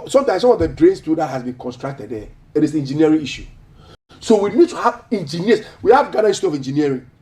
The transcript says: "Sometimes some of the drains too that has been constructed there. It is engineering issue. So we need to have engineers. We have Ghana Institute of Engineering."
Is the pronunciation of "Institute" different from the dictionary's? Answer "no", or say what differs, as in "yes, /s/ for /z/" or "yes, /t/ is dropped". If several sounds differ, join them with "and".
yes, /n/ is dropped and /t/ is dropped